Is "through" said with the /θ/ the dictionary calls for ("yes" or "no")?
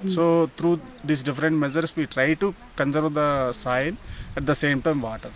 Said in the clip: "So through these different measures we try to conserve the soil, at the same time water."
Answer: no